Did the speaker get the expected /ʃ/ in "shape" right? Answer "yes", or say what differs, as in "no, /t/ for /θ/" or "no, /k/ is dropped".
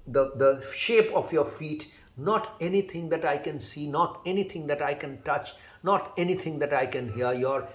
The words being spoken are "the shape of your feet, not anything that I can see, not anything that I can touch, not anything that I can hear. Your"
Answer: yes